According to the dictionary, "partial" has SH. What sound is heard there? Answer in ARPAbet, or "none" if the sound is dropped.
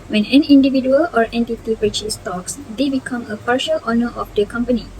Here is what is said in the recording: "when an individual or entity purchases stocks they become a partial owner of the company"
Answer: SH